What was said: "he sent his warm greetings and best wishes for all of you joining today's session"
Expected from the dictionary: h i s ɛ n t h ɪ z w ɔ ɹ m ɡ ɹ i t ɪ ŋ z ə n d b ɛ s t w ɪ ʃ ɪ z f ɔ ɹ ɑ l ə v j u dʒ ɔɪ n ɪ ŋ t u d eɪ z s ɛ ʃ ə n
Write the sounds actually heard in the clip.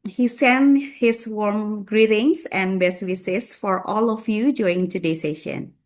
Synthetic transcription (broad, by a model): h i s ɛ n h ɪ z w ɔ ɹ m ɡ ɹ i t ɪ ŋ s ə n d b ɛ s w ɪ s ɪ s f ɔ ɹ ɑ l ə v j u dʒ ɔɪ ɪ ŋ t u d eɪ s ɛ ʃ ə n